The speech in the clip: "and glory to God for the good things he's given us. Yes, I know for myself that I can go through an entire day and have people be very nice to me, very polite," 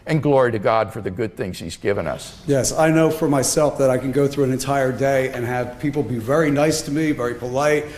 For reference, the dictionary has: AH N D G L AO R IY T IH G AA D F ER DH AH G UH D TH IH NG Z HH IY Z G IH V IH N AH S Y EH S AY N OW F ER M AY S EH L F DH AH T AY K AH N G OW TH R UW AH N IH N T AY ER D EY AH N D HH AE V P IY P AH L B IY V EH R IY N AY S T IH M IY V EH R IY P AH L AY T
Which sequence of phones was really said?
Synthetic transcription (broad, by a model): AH N G L AO R IY T IH G AA D F ER DH AH G UH D TH IH NG Z HH IY Z G IH V IH N AH S Y EH S AY N OW F ER M AY S EH L F DH AH T AY K AH N G OW TH R UW AH N IH N T AY ER D EY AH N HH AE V P IY P L B IY V EH R IY N AY S T IH M IY V EH R IY P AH L AY T